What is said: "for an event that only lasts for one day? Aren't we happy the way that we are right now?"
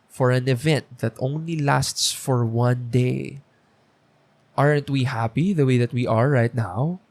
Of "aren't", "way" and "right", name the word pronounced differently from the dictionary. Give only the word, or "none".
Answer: none